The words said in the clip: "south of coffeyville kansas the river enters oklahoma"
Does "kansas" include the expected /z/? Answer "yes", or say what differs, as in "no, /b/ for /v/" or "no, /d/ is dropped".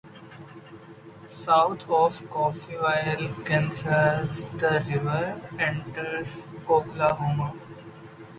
no, /s/ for /z/